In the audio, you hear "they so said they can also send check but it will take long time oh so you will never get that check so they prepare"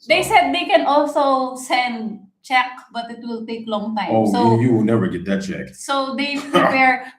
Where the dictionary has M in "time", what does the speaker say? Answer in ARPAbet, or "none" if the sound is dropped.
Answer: none